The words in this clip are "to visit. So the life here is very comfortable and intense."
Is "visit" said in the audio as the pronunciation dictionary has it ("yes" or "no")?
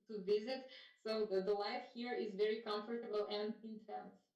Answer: yes